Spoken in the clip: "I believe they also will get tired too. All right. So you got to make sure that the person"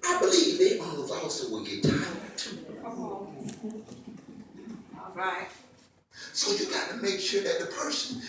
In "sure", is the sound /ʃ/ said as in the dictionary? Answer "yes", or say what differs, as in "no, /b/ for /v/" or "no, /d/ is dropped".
yes